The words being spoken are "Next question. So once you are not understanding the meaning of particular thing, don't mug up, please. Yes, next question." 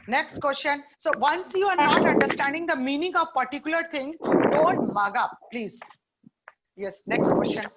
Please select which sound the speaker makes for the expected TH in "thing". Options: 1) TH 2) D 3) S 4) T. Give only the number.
4